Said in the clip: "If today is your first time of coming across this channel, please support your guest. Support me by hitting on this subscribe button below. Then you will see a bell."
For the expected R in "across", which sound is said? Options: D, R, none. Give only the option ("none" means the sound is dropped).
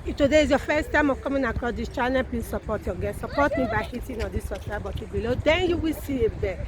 none